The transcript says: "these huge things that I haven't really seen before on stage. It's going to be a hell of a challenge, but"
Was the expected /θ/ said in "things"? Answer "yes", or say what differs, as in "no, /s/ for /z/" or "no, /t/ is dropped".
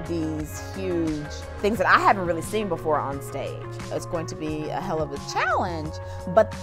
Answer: yes